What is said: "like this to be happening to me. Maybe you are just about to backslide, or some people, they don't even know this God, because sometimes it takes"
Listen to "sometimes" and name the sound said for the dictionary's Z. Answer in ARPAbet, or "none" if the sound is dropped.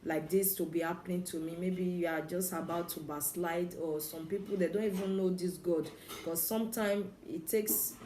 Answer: none